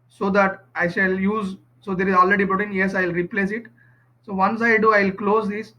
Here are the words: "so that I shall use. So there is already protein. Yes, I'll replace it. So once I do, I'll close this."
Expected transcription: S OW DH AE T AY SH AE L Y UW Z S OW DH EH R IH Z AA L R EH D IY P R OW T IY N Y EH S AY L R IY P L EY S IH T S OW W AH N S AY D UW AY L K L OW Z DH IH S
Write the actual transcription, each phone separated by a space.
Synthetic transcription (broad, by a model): S OW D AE T AY SH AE L Y UW Z S OW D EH R IH Z AA L R EH D IY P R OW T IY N Y EH S AY L R IY P L EY S IH T S OW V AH N S AY D UW AY L K L OW Z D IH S